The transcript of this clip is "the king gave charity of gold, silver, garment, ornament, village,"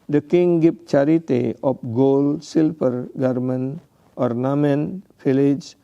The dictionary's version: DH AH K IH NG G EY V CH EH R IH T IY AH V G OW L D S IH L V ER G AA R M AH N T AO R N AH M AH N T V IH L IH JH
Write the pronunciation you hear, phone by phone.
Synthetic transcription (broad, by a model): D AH K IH NG G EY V CH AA R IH T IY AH P G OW L S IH L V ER G AA R M AH N T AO R N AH M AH N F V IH L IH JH